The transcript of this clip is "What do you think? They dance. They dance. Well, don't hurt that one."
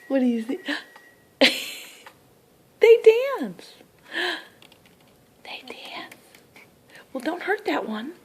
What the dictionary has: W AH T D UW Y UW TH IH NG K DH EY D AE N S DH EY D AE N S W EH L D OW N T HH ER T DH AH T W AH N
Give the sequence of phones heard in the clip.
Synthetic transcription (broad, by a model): W AH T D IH Y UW S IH DH EY D AE N S DH EY D AE N S W EH L D OW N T HH ER T DH AH T W AH N